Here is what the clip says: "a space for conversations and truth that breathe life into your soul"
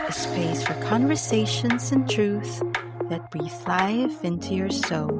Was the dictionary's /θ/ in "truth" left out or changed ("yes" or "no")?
no